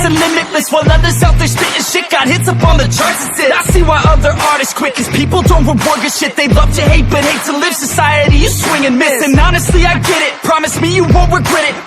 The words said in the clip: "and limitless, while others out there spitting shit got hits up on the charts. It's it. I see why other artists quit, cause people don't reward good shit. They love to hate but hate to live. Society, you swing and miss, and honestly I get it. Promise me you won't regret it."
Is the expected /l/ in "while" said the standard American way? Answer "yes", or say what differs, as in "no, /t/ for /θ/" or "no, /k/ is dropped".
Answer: no, /n/ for /l/